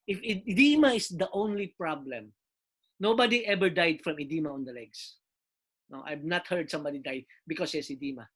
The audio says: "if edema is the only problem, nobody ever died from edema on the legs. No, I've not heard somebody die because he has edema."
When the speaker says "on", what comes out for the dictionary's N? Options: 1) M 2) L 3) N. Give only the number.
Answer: 3